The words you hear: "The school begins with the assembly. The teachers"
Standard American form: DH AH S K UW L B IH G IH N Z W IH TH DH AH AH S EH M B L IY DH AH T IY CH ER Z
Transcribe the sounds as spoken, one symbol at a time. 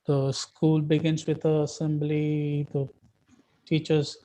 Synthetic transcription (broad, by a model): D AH S K UW L B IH G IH N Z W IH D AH AH S EH M B L IY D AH T IY CH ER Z